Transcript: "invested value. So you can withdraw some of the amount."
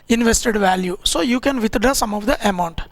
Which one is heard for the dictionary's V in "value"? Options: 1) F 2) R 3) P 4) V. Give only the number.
4